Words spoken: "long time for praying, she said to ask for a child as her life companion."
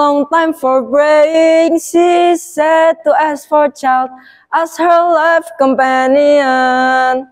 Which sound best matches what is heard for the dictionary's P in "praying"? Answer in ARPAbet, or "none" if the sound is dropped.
B